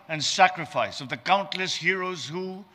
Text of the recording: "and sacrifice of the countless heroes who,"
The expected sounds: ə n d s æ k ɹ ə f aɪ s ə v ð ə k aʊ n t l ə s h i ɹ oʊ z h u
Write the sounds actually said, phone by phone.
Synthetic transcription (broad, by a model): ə n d s æ k ɹ ə f aɪ s ə v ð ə k aʊ n t l ə s h i ɹ oʊ z h u